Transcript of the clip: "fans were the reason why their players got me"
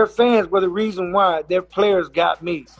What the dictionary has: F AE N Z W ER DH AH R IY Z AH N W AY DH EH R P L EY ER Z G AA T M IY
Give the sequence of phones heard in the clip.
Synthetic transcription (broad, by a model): F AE N Z W ER DH AH R IY Z AH N W AY DH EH R P L EY ER Z G AA T M IY